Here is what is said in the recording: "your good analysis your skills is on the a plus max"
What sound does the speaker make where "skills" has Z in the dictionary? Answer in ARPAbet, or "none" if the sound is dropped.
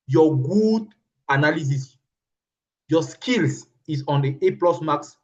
S